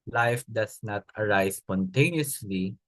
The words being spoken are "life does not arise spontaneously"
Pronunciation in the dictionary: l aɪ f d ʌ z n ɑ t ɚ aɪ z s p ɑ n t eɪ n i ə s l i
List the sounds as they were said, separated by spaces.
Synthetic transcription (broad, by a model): l aɪ f d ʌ s n ɑ t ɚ aɪ s p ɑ n t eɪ n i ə s l i